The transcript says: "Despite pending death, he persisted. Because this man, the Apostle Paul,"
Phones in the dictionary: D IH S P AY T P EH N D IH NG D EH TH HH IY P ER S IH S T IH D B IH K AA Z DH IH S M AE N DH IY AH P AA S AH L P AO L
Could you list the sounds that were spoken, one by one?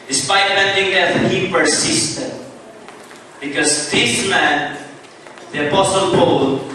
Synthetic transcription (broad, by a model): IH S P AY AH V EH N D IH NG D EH T HH IY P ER S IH S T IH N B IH K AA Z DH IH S M AE N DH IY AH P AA S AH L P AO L